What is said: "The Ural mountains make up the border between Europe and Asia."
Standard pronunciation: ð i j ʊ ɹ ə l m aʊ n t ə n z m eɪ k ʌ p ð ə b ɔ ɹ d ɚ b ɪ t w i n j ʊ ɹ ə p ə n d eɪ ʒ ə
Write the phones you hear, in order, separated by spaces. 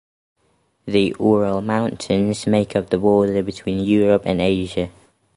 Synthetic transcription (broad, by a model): ð i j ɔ ɹ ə l m aʊ n t ə n z m eɪ k ʌ p ð ə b ɔ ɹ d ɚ b ɪ t w i n j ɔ ɹ ə p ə n eɪ ʒ ə